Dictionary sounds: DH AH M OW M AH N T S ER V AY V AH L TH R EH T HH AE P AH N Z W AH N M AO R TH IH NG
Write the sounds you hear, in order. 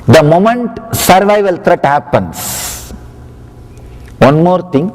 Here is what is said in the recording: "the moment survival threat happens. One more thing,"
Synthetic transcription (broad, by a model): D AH M OW M AH N T S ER V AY V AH L T R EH T HH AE P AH N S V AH N M AO R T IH NG